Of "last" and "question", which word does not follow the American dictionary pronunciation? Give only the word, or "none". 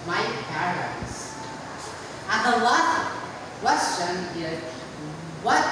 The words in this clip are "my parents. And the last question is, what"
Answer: last